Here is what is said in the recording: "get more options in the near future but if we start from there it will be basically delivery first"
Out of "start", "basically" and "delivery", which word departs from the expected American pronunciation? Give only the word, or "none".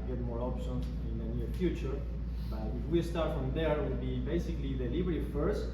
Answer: delivery